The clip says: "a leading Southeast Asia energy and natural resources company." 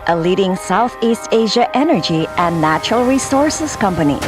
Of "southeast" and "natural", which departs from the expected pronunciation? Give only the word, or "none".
none